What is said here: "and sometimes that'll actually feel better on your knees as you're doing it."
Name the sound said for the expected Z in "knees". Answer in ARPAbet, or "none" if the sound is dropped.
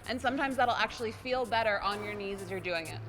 Z